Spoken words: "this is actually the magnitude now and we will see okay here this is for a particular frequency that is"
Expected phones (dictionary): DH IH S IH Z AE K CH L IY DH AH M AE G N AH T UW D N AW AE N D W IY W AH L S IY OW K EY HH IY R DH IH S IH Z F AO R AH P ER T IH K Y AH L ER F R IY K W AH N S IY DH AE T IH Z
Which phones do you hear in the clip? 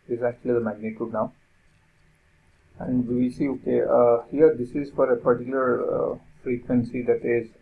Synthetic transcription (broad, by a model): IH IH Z AE K CH L IY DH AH M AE G N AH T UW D N AW AE N D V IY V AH S IY OW K EY HH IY R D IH S IH Z F AO R AH P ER T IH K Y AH L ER F R IY K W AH N S IY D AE T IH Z